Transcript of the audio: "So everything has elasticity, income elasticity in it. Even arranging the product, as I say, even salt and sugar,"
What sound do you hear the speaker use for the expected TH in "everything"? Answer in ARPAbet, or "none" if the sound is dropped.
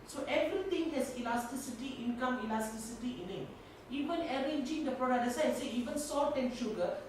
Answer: T